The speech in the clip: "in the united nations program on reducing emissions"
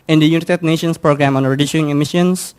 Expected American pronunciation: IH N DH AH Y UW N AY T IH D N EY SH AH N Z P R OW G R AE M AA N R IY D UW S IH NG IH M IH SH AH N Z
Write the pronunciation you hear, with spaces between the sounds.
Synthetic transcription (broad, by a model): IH N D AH Y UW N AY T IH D N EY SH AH N S P R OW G R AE M AA N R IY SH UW IH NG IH M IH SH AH N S